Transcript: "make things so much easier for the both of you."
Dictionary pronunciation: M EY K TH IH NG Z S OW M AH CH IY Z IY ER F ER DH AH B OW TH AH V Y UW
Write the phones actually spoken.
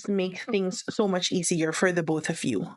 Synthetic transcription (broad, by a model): M EY K TH IH NG Z S OW M AH CH IY Z IY ER F ER DH AH B OW TH AH V Y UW